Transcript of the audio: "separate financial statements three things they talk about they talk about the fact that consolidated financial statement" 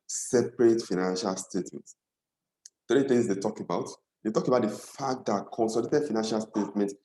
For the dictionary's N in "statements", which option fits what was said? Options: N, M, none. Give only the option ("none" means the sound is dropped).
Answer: none